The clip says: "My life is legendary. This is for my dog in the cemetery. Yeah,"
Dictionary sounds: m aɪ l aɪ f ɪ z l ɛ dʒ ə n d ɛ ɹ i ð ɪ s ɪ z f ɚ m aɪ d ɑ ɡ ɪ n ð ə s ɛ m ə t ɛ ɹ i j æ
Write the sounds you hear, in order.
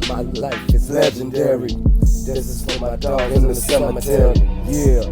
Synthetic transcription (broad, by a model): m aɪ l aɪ ɪ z l ɛ dʒ ə n d ɛ ɹ i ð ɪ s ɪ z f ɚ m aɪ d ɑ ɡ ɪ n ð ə s ɛ m ə t ɛ ɹ i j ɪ